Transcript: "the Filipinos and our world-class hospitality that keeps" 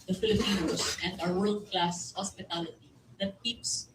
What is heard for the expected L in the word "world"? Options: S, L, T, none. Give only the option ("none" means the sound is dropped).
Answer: L